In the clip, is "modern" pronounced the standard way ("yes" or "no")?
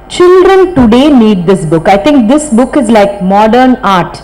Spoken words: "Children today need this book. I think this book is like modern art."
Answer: yes